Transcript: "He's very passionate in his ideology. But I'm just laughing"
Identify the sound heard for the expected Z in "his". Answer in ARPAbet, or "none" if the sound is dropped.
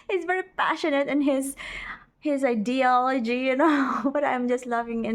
Z